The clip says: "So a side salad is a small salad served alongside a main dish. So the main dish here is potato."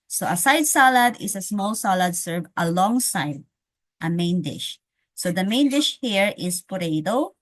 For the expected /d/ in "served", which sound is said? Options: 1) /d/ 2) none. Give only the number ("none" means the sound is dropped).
2